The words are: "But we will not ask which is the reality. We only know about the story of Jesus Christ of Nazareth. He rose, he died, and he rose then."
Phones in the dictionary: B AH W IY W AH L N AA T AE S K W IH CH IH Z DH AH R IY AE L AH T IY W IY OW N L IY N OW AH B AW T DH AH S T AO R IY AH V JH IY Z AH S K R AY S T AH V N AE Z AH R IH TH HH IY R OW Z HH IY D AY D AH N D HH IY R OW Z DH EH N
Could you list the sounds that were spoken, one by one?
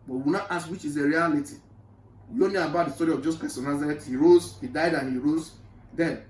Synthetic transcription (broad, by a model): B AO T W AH N AA T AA S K W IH CH IH Z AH R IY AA L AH T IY W IY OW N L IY AH B AW T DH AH S T AO R IY AH V JH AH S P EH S AH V N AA Z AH R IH T HH IY R OW Z HH IY D AY D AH N HH IY R OW Z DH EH N